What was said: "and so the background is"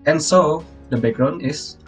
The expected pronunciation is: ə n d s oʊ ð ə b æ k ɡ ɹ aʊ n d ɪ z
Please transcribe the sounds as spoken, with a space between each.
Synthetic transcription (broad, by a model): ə n s oʊ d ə b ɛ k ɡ ɹ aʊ n ɪ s